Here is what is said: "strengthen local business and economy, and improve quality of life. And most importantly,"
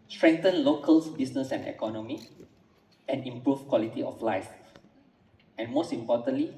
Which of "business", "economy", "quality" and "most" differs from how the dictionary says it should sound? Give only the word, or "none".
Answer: business